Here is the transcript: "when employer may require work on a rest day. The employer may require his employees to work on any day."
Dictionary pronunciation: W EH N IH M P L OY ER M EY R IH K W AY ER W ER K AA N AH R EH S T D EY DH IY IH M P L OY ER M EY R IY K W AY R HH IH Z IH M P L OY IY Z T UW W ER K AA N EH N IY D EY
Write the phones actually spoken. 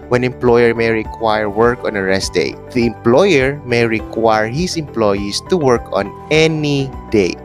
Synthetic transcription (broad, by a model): W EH N IH M P L OY ER M EY R IH K W AY ER W ER K AA N AH R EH S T D EY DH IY IH M P L OY ER M EY R IY K W AY R HH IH S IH M P L OY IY S T UW W ER K AA N EH N IY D EY